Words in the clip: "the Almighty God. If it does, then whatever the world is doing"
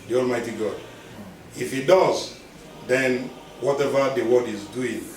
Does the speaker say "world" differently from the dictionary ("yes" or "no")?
yes